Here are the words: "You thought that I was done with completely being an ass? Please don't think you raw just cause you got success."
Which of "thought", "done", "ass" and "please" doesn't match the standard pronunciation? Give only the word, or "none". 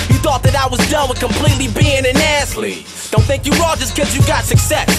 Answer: please